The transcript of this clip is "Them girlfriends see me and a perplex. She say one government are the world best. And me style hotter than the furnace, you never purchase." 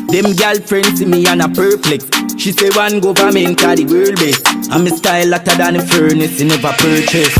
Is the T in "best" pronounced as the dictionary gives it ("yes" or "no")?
no